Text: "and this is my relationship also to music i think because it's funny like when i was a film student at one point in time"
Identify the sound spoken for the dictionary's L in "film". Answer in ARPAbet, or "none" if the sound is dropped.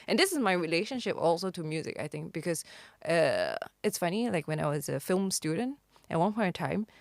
L